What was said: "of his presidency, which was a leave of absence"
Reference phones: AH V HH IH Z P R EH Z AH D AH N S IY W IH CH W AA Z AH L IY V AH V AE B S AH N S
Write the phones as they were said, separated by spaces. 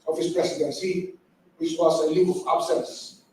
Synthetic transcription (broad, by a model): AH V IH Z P R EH S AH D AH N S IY W IH CH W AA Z AH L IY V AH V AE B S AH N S